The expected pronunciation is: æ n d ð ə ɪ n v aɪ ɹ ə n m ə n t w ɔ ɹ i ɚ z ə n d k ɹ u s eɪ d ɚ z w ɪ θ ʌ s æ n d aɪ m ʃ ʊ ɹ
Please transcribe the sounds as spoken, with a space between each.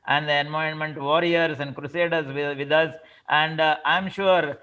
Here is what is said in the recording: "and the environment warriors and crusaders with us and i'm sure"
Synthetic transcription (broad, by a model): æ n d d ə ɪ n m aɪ ə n m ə n t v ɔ ɹ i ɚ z ə n d k ɹ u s eɪ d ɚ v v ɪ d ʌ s æ n d aɪ m ʃ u ɹ